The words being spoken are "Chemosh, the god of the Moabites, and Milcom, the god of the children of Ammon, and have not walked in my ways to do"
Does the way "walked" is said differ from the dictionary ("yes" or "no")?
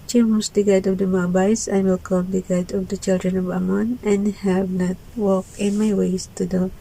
yes